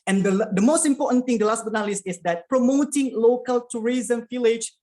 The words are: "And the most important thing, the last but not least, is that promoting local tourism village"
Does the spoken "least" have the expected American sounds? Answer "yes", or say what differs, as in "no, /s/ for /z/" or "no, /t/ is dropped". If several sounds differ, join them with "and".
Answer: no, /t/ is dropped